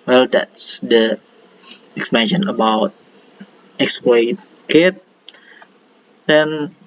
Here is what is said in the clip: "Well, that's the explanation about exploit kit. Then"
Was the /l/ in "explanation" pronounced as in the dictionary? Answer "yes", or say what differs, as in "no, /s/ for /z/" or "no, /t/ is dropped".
no, /l/ is dropped